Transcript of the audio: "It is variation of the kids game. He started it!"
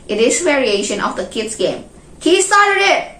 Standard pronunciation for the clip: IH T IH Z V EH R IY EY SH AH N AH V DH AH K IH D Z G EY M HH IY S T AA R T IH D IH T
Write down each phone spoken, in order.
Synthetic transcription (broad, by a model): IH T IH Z V EH R IY EY SH AH N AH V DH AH K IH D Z G EY M HH IY S T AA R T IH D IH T